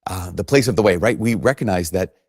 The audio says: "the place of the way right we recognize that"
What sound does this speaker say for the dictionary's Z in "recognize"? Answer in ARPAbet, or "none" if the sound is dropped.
Z